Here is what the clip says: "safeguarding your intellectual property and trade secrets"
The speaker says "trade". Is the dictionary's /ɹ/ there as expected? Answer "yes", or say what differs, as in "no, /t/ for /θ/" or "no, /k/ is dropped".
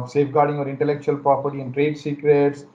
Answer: yes